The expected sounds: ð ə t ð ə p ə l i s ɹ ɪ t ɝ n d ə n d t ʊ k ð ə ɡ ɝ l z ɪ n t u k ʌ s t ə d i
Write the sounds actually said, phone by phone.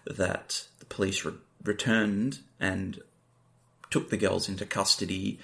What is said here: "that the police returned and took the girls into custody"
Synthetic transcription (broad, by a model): ð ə t ð ə p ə l i s ɹ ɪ t ɝ n d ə n t ʊ k ð ə ɡ ɝ l z ɪ n t u k ʌ s t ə d i